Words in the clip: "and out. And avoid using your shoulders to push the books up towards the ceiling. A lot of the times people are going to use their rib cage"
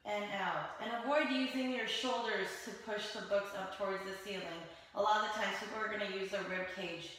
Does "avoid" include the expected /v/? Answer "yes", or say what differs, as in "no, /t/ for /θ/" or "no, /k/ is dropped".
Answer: no, /w/ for /v/